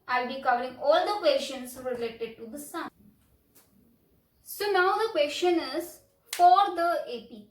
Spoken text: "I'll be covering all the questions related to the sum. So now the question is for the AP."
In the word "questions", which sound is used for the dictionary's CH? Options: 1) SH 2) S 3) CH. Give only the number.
1